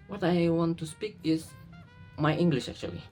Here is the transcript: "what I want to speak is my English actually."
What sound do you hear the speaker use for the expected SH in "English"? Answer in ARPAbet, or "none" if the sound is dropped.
SH